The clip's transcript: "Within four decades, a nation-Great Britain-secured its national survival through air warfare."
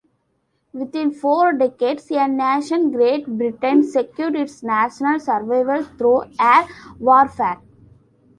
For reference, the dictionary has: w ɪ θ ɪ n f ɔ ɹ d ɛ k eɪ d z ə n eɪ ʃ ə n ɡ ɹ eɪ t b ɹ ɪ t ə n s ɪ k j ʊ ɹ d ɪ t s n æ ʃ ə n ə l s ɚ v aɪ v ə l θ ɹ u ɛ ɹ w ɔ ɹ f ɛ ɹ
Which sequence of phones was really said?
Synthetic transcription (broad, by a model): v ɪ t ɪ n f ɔ ɹ d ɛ k eɪ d s ə n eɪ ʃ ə n ɡ ɹ eɪ t b ɹ ɪ t ə n s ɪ k j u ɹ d ɪ t s n æ ʃ ə n ə l s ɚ v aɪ v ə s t ɹ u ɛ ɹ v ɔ ɹ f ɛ ɹ